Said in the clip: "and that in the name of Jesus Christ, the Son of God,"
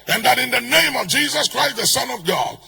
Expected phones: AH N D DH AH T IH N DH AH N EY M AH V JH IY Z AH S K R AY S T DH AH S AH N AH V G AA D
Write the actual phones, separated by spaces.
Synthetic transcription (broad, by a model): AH N DH AH T IH N DH AH N EY M AH V JH IY Z AH S K R AY S T DH AH S AH N AH V G AA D